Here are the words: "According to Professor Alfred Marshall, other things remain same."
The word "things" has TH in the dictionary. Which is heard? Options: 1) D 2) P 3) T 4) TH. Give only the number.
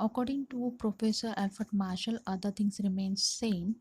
3